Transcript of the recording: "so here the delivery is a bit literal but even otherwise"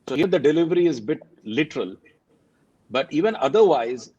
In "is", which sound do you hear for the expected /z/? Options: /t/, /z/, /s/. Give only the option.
/z/